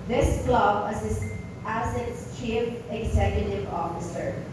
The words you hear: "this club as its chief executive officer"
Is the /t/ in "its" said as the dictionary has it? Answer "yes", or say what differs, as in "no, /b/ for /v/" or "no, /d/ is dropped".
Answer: no, /s/ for /t/